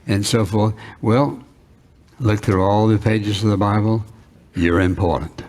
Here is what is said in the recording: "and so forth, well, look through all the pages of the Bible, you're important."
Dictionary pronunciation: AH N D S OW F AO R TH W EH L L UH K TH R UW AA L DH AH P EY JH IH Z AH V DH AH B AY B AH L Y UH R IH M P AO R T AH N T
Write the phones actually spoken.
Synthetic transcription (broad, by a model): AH N S OW F AO R TH W EH L L UH K TH R UW AA L DH AH P EY JH IH Z AH V DH AH B AY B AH L Y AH R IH M P AO R T N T